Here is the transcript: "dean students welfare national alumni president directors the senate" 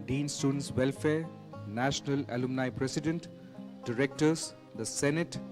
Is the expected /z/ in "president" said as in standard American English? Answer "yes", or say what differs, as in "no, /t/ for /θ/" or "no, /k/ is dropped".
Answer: no, /s/ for /z/